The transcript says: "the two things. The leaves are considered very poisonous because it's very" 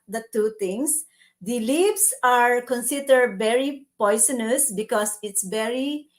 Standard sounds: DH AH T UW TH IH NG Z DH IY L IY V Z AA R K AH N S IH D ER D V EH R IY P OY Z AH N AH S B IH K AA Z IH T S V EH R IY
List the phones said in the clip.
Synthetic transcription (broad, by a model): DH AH T UW T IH NG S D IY L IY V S AA R K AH N S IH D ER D V EH R IY P OY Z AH N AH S B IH K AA S IH T S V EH R IY